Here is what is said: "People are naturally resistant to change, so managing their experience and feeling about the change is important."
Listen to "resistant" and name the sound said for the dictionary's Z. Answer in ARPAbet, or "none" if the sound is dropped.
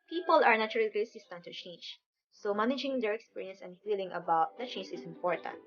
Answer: S